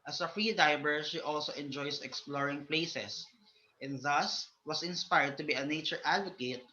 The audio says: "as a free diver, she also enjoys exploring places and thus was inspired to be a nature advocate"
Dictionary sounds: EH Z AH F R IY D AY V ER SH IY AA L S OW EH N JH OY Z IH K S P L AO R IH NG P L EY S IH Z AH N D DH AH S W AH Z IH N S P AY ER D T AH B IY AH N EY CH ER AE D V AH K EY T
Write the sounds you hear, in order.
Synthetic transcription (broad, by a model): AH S AH F R IY D AY B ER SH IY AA L S OW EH N JH OY S IH K S P L AO R IH NG P L EY S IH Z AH N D DH AH S W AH S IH N S P AY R D T AH B IY AH N EY CH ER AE D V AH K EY T